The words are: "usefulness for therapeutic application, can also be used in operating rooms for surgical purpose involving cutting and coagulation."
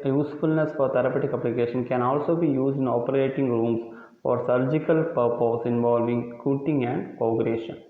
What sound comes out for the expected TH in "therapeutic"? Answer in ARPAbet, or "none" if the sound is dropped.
T